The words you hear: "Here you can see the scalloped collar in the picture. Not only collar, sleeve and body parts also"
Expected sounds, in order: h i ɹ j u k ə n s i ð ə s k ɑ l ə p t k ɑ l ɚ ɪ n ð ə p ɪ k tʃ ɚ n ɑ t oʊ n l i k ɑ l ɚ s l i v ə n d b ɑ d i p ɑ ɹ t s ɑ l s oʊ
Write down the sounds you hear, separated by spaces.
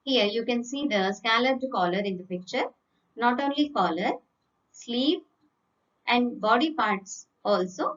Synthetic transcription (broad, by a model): h i ɹ j u k ə n s i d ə s k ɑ l ə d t k ɑ l ɚ ɪ n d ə p ɪ k tʃ ɚ n ɑ t oʊ n l i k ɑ l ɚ s l i p ə n d b ɑ d i p ɑ ɹ t s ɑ l s oʊ